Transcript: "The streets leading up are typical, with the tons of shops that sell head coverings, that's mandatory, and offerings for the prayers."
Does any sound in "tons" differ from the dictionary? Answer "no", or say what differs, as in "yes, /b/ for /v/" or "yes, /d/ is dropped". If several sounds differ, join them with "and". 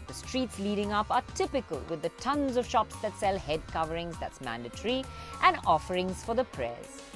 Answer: no